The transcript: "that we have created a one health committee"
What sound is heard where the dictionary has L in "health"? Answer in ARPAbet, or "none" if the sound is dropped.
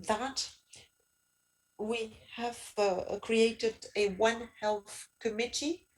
L